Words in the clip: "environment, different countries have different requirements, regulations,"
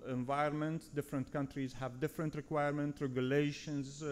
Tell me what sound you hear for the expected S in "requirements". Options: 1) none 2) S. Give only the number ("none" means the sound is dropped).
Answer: 1